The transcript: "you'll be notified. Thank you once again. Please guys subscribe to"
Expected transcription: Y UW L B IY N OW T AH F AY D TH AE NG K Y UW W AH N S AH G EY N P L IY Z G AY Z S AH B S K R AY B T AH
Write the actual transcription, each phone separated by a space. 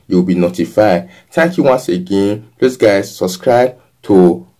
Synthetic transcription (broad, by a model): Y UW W B IY N OW T AH F AY D T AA K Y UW W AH N S AH G EY N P L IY S G AY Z S AH B S K R AY B T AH